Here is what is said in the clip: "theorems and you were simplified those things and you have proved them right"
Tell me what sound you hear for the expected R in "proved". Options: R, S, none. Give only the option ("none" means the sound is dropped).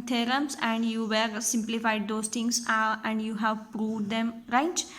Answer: R